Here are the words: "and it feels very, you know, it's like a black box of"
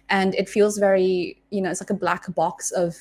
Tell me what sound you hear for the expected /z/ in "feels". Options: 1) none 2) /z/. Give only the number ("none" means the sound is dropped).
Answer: 2